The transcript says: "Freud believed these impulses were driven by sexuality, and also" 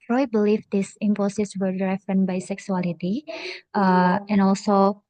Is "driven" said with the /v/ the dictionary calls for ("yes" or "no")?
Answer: no